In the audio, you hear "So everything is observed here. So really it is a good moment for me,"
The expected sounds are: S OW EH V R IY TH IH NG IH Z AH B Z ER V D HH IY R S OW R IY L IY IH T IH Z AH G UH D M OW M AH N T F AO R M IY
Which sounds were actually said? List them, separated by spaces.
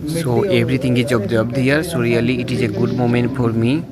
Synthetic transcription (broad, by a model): S OW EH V R IY T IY NG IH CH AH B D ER B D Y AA R S OW R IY L IY IH T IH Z AH G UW D M OW M AH N T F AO R M IY